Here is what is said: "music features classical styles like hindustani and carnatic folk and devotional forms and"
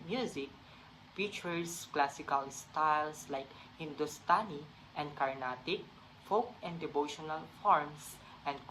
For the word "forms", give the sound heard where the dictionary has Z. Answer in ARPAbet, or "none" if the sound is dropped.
S